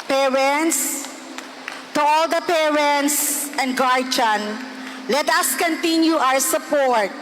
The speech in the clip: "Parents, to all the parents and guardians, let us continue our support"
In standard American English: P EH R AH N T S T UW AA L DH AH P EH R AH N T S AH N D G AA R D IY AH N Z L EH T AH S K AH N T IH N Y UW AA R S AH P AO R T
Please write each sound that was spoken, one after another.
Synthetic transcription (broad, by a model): P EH R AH N T S T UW AA L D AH P EH R AH N T S AH N D G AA R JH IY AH N L EH T AH S K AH N T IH N Y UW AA W S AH P AO R T